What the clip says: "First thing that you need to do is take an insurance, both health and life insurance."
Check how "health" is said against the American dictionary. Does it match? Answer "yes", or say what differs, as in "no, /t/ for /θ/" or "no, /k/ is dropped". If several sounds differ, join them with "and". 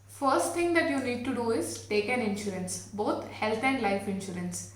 no, /t/ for /θ/